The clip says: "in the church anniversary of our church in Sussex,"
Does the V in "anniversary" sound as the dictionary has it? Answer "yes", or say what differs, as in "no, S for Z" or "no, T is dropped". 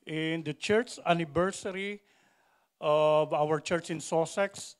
no, B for V